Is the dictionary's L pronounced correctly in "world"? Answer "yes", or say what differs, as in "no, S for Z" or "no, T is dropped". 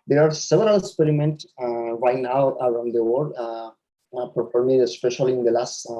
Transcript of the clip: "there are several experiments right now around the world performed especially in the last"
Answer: no, L is dropped